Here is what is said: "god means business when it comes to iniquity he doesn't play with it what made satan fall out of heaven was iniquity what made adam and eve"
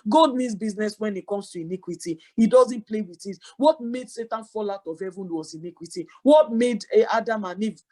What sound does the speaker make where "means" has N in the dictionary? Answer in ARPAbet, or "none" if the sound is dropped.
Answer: none